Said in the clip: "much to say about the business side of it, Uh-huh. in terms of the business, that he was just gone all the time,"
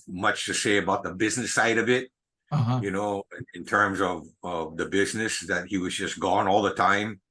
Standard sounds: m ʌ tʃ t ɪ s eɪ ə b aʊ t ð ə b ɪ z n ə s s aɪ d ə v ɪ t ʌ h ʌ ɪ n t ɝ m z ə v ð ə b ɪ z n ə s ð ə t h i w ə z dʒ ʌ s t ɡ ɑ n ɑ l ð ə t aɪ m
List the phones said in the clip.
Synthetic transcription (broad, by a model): m ʌ tʃ t ɪ s eɪ ə b aʊ t ð ə b ɪ z n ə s s aɪ d ə v ɪ t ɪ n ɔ ɪ n t ɝ m z ə v ð ə b ɪ z n ə s ð ə t h i w ə z dʒ ʌ s ɡ ɑ n ɑ l ð ə t aɪ m